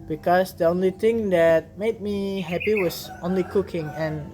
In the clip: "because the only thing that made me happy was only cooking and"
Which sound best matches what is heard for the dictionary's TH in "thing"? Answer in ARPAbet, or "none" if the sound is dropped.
T